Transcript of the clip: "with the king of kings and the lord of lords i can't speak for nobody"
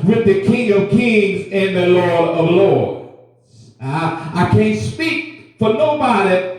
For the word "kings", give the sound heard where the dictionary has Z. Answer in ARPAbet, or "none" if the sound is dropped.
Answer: Z